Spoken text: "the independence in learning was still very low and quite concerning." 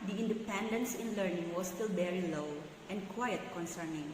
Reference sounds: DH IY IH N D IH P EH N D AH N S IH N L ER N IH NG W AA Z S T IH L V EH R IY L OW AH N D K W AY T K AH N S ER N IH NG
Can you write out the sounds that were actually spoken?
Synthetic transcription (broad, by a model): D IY IH N D IH P EH N D AH N S IH N L ER N IH NG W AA S T IH L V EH R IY L OW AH N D K W AY T K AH N S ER N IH NG